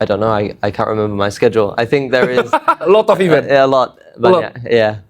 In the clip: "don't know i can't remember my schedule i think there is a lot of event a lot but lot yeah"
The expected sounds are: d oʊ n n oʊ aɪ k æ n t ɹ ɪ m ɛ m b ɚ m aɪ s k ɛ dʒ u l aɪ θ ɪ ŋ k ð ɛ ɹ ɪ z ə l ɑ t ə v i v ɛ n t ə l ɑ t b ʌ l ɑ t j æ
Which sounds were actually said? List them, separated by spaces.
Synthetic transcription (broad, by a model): d oʊ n n oʊ aɪ k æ n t ɹ ɪ m ɛ m b ɚ m aɪ s k ɛ dʒ u l aɪ θ ɪ ŋ k ð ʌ ɹ ɪ z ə l ɑ t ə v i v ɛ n ə l ɑ t b ʌ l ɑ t j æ